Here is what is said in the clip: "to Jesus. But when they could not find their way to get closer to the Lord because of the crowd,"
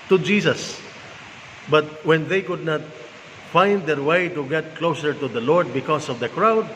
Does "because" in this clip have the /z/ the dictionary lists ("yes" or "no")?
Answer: no